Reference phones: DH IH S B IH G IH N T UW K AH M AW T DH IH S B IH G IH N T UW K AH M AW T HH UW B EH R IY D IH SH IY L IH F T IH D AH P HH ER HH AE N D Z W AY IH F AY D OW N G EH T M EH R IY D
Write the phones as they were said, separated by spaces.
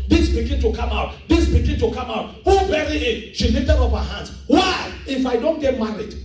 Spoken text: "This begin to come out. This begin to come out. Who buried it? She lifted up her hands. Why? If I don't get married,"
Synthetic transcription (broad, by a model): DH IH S B IH G IH N T UW K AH M AW T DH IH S B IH G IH N T UW K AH M AW T HH UW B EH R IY IH SH IY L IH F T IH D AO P HH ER HH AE N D S W AY IH F AY D OW N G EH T M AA R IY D